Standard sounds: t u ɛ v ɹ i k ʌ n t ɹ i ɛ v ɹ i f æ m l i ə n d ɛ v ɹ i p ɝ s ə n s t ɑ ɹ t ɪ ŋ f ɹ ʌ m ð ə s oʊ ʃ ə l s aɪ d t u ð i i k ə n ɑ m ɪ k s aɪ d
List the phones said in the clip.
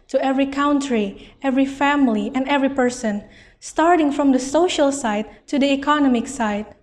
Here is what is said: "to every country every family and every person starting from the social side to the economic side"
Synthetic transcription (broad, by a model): t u ɛ v ɹ i k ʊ n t ɹ i ɛ v ɹ i f æ m l i ə n d ɛ v ɹ i p ɝ s ə n s t ɑ ɹ t ɪ ŋ f ɹ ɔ m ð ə s oʊ ʃ ə l s aɪ t u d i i k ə n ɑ m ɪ k s aɪ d